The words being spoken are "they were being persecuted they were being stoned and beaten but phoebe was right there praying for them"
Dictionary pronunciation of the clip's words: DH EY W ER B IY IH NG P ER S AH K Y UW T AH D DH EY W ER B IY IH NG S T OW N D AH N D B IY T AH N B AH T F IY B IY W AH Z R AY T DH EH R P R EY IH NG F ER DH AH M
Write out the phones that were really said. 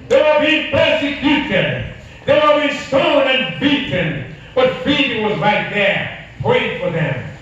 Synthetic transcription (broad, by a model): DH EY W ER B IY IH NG P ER S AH K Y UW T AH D DH EY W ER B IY S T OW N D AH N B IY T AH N B AH T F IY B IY W AH Z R AY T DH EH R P EY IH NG F ER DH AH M